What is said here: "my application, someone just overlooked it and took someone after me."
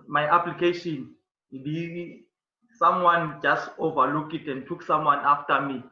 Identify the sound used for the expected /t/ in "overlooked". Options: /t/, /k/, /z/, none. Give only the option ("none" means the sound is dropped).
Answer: none